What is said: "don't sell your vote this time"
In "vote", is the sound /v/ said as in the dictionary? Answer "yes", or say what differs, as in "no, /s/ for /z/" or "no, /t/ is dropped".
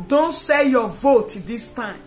yes